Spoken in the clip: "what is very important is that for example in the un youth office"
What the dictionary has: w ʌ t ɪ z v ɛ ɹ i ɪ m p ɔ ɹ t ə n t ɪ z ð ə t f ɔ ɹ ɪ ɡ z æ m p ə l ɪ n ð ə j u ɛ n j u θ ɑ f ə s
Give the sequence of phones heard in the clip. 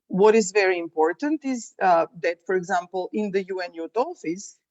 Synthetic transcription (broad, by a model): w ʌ t ɪ z v ɛ ɹ i ɪ m p ɔ ɹ t ə n t ɪ z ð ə t f ɔ ɹ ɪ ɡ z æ m p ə l ɪ n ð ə j u ɛ n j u t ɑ f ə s